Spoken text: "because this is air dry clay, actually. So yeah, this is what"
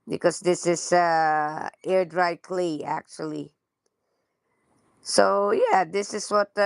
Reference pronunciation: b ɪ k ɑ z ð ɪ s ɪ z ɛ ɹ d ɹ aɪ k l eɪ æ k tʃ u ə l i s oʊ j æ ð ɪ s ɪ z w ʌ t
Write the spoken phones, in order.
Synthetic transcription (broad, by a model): b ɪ k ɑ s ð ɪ s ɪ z ɛ ɹ d ɹ aɪ k l eɪ æ k tʃ u ə l i s oʊ j æ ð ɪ s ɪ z w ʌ t